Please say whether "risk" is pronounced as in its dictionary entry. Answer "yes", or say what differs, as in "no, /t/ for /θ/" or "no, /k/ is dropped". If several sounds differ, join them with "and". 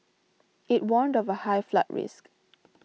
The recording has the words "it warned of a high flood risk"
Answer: yes